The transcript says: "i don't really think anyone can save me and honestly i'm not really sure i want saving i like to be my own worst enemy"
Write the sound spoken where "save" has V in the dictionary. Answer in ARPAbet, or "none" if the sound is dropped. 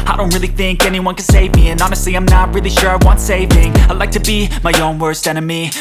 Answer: V